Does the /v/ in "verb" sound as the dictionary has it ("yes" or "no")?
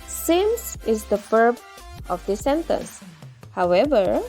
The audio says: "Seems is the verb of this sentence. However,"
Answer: no